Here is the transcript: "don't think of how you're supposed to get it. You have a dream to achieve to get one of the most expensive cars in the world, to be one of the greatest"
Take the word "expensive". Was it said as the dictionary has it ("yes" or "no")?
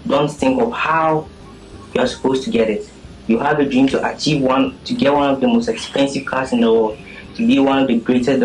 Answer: yes